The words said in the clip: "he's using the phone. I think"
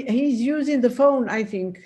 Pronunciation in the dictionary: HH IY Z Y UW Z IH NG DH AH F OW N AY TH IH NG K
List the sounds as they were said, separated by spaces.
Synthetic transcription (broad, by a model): HH IY Z Y UW Z IH NG DH AH F OW N AY TH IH NG K